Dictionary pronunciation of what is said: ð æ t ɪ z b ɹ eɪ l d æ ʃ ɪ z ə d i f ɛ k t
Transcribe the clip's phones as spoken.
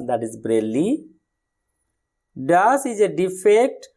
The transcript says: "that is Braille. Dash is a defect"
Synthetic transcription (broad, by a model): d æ t ɪ z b ɹ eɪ l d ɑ s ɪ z ə d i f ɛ k t